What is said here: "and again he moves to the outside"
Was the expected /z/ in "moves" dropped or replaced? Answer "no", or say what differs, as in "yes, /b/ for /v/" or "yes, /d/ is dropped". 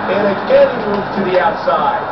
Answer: yes, /z/ is dropped